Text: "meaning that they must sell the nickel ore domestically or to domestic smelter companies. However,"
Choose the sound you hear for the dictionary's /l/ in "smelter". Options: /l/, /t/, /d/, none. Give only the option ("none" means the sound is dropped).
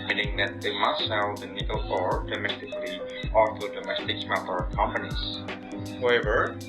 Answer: none